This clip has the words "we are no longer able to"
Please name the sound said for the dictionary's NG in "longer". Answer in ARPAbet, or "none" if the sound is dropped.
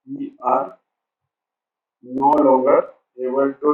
none